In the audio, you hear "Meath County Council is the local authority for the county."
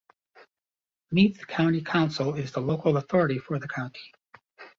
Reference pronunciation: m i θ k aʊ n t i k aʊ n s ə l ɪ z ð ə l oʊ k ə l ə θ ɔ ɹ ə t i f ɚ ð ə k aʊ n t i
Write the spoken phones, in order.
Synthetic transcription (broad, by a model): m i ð k aʊ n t i k aʊ n s l ɪ z ð ə l oʊ k l ə θ ɔ ɹ ə t i f ɚ ð ə k aʊ n t i